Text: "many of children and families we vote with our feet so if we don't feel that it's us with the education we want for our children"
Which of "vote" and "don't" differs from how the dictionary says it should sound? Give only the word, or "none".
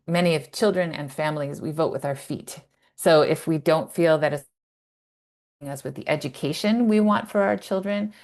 none